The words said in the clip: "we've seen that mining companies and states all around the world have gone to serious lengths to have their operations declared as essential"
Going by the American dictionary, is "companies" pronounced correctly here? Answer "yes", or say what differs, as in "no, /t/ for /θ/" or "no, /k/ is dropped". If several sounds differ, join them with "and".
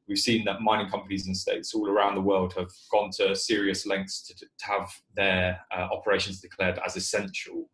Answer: yes